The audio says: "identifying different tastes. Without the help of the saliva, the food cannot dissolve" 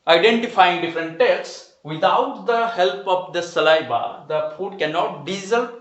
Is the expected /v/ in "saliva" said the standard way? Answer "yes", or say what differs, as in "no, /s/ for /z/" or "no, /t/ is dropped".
no, /b/ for /v/